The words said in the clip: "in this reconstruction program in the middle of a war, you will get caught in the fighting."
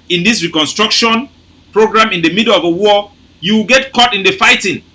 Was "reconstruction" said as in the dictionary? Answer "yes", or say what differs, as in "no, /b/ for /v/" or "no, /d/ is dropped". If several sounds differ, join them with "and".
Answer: yes